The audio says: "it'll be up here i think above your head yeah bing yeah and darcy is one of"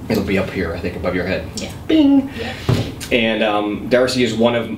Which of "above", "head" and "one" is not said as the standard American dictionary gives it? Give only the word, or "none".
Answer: none